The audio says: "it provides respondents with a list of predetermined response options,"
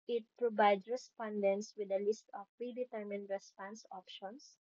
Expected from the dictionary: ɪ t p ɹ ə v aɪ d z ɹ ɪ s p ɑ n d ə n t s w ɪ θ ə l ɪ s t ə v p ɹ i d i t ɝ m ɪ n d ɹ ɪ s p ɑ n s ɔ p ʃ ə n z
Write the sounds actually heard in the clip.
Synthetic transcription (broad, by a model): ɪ t p ɹ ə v aɪ d s ɹ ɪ s p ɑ n d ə n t s w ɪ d ə l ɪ s t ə f p ɹ i d i t ɝ m ɪ n d ɹ ɪ s p ɑ n s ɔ p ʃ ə n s